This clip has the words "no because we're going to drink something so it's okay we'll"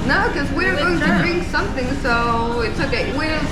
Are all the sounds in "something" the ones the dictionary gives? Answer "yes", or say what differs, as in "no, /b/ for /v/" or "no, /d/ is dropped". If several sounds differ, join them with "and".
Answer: yes